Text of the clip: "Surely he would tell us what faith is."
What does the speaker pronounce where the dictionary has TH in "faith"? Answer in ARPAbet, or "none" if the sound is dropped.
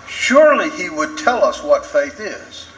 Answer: TH